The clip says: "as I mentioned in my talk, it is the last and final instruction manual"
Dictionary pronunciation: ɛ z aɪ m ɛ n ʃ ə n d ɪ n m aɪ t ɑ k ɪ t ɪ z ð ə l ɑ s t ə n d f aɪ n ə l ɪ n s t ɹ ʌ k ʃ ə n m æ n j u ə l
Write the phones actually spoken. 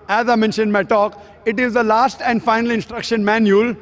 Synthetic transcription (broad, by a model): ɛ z aɪ m ɛ n ʃ ə n d m aɪ t ɑ k ɪ t ɪ z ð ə l ɑ s t ə n d f aɪ n ə l ɪ n s t ɹ ʌ k ʃ ə n m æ n j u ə l